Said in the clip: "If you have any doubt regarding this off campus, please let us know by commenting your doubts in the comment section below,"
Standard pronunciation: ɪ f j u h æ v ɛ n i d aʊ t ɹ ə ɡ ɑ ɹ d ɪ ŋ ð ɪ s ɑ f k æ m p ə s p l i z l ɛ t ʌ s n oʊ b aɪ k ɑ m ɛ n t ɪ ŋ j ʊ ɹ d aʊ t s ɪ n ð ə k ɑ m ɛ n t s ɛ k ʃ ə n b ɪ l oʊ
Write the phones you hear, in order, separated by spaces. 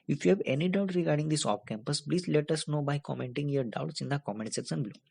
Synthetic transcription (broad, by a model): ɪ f j u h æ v ɛ n i d aʊ t ɹ ə ɡ ɑ ɹ d ɪ ŋ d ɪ s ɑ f k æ m p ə s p l i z l ɛ t ʌ s n oʊ b aɪ k ɑ m ɛ n t ɪ ŋ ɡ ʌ ɹ d aʊ t s ɪ n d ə k ɑ m ɛ n t s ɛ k s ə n b l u